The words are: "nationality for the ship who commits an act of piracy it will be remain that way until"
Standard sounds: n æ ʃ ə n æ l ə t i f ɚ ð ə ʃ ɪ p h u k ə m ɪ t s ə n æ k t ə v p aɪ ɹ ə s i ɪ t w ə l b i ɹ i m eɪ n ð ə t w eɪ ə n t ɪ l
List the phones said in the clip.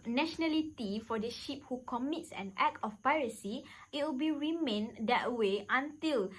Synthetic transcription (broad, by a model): n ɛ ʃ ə n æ l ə t i f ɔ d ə ʃ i p h u k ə m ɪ t s ə n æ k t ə f p aɪ ɹ ə s i ɪ t w ə l b i ɹ i m eɪ n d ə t w eɪ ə n t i l